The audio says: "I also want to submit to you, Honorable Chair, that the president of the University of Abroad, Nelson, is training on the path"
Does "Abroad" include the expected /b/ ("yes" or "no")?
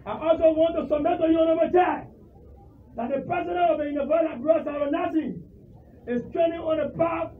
no